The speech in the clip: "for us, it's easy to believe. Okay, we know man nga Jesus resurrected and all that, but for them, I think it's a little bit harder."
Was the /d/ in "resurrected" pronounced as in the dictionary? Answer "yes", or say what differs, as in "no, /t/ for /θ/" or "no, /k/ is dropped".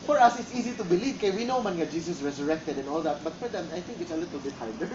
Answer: yes